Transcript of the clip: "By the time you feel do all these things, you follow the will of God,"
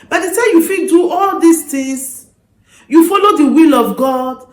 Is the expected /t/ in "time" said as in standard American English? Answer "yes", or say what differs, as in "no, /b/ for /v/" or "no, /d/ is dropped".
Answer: no, /s/ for /t/